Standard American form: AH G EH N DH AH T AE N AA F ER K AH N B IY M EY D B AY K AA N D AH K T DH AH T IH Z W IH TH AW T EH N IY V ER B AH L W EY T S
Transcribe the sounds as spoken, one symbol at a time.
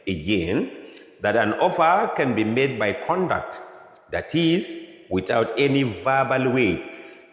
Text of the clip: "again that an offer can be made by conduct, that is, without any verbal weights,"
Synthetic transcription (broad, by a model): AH G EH N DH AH T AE N AA F ER K AH N B IY M EY D B AY K AA N D AH K T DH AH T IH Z W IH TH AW T EH N IY V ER B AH L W EY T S